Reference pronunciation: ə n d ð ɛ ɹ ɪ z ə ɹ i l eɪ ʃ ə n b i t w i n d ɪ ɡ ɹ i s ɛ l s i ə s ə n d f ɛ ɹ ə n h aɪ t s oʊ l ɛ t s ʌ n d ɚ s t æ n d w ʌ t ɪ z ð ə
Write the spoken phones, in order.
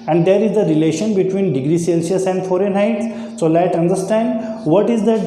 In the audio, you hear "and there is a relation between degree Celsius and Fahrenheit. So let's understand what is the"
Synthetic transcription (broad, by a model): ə n d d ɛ ɹ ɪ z ə ɹ i l eɪ ʃ ə n b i t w i n d ɪ ɡ ɹ i s ɛ l s i ə s ə n d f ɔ ɹ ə n h aɪ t s oʊ l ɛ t ʌ n d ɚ s t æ n d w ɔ t ɪ z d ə